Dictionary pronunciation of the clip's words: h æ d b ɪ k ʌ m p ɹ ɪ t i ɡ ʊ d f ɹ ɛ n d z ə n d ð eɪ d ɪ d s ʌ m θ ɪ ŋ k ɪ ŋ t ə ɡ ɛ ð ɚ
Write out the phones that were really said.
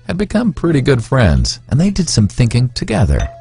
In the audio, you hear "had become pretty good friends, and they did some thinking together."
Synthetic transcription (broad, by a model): h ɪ d b ɪ k ʌ m p ɹ ɪ t i ɡ ʊ d f ɹ ɛ n d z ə n ð eɪ d ɪ d s ʌ m θ ɪ ŋ k ɪ ŋ t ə ɡ ɛ ð ɚ